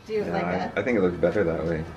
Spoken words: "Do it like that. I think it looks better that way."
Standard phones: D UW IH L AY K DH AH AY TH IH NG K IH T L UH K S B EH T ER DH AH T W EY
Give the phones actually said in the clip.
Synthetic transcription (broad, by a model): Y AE IH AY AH AY TH IH NG K IH T L UH K S B EH T ER DH AH T W EY